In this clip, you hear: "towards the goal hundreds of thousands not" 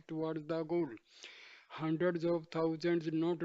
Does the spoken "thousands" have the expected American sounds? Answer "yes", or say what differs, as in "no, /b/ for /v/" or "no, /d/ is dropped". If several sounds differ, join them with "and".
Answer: no, /t/ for /θ/